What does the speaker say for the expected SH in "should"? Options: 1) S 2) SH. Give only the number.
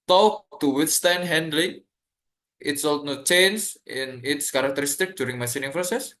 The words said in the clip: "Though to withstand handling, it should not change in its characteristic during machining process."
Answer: 1